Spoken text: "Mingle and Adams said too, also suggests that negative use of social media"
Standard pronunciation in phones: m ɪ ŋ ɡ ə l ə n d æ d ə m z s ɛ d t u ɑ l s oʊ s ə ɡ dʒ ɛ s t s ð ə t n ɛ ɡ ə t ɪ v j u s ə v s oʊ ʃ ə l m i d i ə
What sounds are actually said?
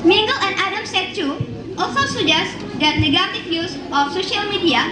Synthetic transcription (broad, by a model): m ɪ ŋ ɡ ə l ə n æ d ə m s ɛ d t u ɑ l s oʊ s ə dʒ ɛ s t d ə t n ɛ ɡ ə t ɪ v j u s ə f s oʊ ʃ ə l m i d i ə